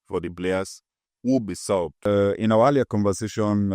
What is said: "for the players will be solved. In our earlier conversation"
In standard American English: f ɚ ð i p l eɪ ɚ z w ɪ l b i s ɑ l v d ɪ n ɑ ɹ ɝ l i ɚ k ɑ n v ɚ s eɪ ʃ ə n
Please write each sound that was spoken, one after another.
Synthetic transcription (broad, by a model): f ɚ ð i b l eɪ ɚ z w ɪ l b i s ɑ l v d ɪ n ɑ w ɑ l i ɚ k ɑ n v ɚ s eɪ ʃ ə n